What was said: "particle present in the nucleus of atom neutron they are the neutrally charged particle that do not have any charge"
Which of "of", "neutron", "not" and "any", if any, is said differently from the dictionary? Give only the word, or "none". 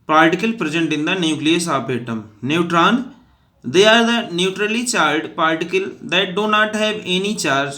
of